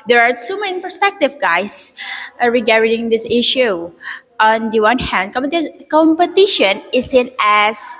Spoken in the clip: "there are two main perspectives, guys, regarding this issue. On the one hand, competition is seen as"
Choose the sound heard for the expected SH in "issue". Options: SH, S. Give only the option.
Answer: SH